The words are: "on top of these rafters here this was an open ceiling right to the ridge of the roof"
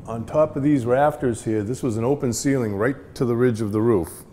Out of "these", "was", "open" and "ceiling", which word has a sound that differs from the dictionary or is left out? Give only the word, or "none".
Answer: none